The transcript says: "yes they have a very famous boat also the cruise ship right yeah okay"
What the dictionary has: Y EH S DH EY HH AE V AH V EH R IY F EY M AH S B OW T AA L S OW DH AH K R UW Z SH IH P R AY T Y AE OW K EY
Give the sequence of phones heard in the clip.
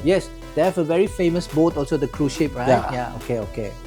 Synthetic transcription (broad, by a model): Y EH S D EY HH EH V AH V EH R IY F EY M AH S B OW T AA L S OW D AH K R UW SH IH P R AY T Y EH OW K EY